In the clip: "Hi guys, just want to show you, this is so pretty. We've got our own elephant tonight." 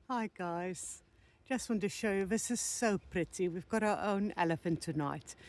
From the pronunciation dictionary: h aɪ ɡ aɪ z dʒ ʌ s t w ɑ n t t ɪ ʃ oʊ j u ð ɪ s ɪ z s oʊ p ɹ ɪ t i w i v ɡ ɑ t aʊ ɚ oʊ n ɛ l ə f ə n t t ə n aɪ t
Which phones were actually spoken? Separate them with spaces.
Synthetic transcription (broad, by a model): h aɪ ɡ aɪ z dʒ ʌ s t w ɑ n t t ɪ ʃ oʊ j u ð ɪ s ɪ z s oʊ p ɹ ɪ t i w i v ɡ ɑ t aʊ ɚ oʊ n ɛ l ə f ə n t t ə n aɪ t